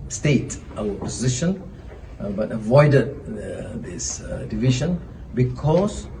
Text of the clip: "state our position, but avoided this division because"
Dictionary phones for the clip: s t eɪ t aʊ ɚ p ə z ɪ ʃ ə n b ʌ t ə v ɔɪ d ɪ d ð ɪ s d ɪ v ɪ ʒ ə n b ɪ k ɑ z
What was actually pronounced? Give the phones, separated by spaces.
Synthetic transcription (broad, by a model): s t eɪ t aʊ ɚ p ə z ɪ ʃ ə n b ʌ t ə v ɔɪ d ɪ d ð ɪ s d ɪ v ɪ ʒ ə n b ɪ k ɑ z